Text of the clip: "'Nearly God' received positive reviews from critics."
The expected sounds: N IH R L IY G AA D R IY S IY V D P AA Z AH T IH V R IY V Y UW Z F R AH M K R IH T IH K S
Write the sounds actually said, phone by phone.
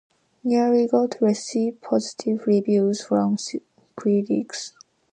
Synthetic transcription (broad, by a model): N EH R IY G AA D R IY S IY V P AA Z AH T IH V R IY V Y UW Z F R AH M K R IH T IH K S